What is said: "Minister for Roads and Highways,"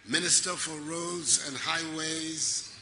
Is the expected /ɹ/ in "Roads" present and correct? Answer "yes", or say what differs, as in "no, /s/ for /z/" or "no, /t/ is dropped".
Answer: yes